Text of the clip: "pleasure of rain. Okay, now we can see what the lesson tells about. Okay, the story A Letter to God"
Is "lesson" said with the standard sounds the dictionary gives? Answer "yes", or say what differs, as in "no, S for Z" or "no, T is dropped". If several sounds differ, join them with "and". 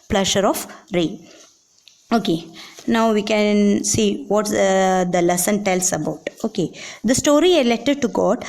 yes